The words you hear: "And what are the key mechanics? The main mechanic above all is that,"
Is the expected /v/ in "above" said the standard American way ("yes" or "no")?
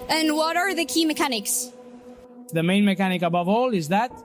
yes